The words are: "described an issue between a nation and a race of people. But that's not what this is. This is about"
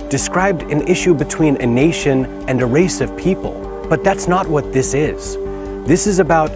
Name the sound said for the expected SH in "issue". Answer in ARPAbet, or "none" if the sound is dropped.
SH